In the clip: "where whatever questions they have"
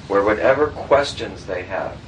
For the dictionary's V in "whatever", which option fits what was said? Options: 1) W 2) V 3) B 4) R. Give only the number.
2